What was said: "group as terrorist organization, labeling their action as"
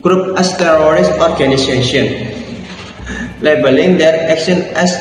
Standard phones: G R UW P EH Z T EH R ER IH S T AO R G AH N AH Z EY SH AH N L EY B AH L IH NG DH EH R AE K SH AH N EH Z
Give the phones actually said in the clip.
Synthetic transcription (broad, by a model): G R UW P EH S T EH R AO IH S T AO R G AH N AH S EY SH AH N L EY B AH L IH NG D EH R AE K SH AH N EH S